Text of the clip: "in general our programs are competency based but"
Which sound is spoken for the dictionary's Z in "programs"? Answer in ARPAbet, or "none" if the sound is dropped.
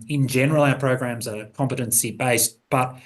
Z